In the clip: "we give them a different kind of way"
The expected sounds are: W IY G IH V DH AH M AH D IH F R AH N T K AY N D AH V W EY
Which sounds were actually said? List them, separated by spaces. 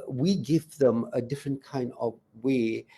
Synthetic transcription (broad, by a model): W IY G IH V DH AH M AH D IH F R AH N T K AY N D AH V W EY